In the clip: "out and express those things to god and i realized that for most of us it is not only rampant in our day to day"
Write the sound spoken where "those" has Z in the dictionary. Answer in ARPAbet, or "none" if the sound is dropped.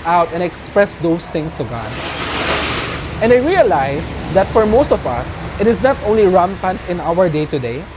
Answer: S